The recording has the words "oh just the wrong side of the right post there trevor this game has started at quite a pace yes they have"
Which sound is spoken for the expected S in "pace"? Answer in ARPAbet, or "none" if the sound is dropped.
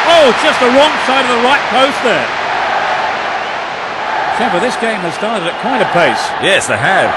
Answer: S